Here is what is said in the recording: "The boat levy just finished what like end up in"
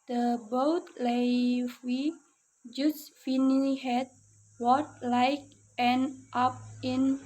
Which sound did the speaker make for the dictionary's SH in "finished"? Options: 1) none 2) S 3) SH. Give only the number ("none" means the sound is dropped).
1